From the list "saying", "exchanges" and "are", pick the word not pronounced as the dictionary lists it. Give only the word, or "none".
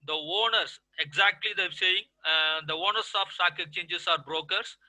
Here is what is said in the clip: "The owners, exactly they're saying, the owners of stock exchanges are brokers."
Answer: exchanges